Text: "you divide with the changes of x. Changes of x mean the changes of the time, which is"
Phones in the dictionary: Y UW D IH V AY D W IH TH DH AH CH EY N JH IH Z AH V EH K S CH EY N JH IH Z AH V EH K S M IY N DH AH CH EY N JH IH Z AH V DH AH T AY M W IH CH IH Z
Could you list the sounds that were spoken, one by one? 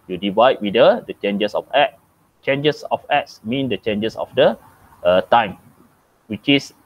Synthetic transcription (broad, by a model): Y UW D IH V AY D W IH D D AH CH EY N JH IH S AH F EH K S CH EY N JH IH S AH F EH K S M IY N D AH CH EY N JH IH S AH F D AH T AY M W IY CH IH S